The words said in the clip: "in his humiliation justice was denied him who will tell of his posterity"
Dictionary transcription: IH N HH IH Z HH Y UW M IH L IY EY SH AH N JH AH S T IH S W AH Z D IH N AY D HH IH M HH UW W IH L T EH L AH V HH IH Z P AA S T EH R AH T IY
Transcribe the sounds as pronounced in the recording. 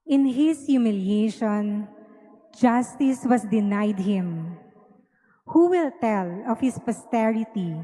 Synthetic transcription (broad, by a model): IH N HH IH S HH Y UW M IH L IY EY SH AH N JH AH S T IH S W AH S D IH N AY D HH IH M HH UW W IH L T EH L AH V HH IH S P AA S T EH R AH T IY